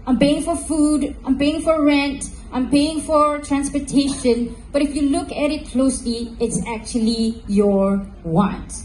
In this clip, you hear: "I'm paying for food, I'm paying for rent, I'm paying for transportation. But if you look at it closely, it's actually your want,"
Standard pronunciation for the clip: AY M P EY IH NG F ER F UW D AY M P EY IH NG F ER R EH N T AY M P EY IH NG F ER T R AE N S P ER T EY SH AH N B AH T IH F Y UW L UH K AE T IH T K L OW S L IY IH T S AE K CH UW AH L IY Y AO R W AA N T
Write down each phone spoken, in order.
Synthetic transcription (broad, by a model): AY M P EY IH NG F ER F UW D AY M P EY IH NG F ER R EH N T AY M P EY IH NG F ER T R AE N S P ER T EY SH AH N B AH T IH F Y UW L UH K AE T IH T K L OW S L IY IH T S AE K CH UW AH L IY Y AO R W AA N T